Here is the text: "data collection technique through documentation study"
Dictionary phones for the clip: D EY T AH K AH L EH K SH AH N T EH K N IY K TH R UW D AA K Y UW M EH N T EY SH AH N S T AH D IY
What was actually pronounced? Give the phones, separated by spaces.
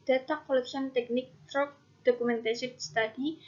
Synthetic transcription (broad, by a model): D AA T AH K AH L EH K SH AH N T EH K N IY K T R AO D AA K UW M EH N T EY S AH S T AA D IY